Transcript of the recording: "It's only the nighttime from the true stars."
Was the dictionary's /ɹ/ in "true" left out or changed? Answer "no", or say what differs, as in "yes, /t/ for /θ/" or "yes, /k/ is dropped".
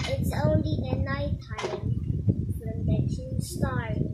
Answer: yes, /ɹ/ is dropped